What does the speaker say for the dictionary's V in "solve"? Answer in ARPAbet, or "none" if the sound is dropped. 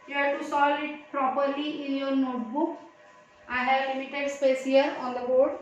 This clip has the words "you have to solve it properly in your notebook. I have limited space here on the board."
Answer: none